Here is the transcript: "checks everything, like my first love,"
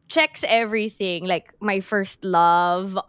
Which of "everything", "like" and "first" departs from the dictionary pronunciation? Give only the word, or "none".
none